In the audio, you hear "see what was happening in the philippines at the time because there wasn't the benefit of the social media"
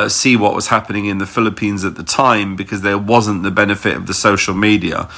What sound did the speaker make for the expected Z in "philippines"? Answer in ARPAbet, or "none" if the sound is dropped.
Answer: Z